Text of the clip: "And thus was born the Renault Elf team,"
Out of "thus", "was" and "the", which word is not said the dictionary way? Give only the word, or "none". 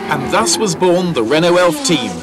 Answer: none